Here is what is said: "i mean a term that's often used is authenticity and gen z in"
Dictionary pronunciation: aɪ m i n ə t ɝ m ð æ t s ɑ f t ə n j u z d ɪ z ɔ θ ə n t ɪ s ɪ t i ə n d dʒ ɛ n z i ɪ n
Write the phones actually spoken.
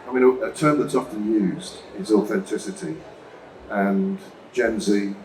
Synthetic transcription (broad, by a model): aɪ m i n ə t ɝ m ð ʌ t s ɑ f t ə n j u z d ɪ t ɔ θ ə n t ɪ s ɪ t i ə n dʒ ɛ n z i